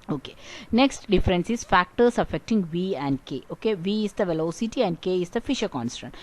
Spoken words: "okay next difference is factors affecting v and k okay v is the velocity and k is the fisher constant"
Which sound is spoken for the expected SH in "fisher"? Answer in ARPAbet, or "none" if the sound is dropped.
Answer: SH